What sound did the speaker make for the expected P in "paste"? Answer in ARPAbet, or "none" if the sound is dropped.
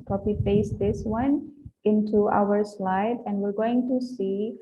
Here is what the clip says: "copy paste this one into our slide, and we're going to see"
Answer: F